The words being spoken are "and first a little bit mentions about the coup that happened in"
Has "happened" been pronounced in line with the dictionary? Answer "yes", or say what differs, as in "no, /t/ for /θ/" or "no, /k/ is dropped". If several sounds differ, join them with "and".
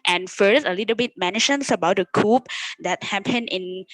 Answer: no, /d/ is dropped